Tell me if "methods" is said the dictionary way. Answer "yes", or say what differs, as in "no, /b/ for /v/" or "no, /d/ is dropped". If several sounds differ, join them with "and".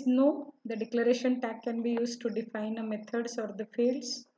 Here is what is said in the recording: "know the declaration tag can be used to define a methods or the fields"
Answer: no, /t/ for /θ/ and /s/ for /z/